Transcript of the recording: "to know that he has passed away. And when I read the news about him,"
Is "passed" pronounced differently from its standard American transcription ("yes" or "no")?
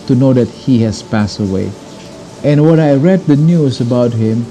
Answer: no